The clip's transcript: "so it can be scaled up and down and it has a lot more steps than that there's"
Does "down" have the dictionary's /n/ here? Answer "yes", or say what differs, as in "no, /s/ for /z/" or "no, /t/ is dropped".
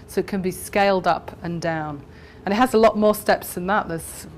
yes